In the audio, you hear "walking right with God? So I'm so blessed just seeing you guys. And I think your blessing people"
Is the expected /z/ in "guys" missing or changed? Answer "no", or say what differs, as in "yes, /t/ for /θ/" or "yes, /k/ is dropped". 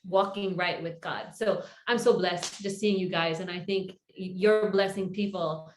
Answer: no